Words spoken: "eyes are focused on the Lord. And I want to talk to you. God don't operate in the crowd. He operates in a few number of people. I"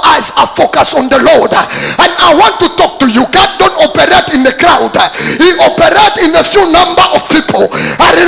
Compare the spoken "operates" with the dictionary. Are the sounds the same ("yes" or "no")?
no